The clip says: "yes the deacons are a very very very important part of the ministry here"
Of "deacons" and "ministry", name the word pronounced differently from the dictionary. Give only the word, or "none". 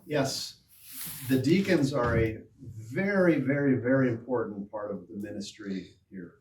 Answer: none